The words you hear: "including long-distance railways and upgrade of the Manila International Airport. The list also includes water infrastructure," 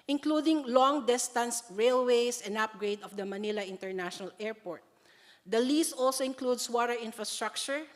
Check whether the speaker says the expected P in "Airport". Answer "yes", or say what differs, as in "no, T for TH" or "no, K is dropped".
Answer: yes